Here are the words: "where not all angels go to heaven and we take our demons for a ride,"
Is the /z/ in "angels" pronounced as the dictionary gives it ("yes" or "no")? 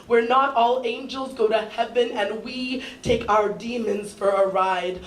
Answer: yes